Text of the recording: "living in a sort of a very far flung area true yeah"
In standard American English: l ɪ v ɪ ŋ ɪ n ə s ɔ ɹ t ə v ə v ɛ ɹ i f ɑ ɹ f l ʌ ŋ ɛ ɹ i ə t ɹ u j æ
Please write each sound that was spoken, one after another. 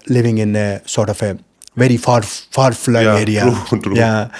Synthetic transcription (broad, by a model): l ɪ v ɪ ŋ ɪ n ə s ɔ ɹ t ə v ə v ɛ ɹ i f ɑ ɹ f ɑ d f l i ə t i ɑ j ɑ